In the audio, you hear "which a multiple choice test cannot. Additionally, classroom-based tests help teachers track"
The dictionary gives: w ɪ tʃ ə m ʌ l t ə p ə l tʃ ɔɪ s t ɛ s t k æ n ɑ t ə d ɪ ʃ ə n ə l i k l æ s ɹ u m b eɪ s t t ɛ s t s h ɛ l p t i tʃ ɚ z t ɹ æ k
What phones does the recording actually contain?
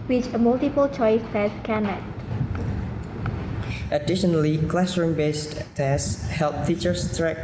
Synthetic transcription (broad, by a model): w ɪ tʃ ə m ʌ l t ə p ə l tʃ ɔɪ s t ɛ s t k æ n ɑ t ə d ɪ ʃ ə n ə l i k l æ s ɹ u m b eɪ s t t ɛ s s h ɛ l p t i tʃ ɚ s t ɹ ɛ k